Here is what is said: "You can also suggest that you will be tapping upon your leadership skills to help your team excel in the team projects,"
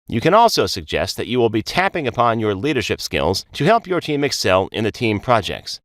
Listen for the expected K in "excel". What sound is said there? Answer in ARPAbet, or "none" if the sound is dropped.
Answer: K